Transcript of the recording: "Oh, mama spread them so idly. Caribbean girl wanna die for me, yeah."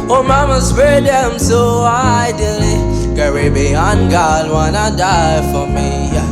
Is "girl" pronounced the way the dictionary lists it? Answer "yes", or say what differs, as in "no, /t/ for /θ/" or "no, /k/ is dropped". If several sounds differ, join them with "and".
no, /n/ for /l/